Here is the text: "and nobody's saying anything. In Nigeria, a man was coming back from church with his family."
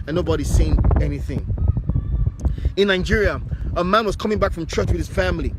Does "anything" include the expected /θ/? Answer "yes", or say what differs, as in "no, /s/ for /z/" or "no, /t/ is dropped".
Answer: yes